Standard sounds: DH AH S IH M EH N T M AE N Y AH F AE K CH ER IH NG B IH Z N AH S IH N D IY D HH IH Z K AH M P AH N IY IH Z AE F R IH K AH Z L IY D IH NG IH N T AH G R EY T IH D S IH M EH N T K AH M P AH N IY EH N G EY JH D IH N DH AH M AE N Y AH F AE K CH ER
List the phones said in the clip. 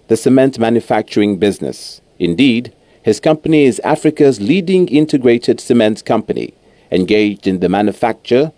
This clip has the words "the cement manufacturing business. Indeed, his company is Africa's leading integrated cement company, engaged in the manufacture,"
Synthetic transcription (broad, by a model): DH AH S IH M EH N T M AE N Y AH F AE K CH ER IH NG B IH Z N AH S IH N D IY D HH IH Z K AH M P AH N IY IH Z AE F R IH K AH Z L IY D IH NG IH N T AH G R EY T IH D S IH M EH N T K AH M P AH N IY EH N G EY JH D IH N DH AH M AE N Y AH F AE K CH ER